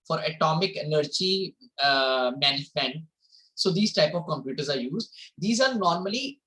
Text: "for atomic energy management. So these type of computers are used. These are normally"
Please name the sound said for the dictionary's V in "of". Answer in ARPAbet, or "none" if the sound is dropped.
V